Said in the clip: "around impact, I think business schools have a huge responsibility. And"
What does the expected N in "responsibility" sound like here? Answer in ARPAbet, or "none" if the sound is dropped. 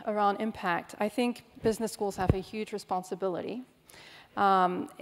N